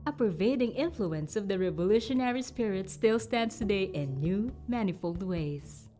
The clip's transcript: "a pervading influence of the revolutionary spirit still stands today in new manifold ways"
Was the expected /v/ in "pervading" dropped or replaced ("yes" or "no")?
no